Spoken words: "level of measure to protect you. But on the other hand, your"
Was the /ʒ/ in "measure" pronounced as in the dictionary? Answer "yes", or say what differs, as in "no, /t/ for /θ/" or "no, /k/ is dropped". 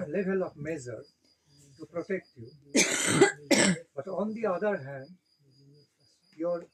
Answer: no, /z/ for /ʒ/